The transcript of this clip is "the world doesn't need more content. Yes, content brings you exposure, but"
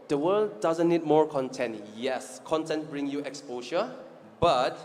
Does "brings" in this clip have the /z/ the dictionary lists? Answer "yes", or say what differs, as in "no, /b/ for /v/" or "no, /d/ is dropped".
no, /z/ is dropped